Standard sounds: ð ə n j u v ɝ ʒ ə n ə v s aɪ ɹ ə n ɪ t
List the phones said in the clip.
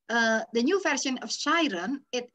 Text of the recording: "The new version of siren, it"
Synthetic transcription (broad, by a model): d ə n j u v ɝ s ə n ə f s aɪ ɹ ə n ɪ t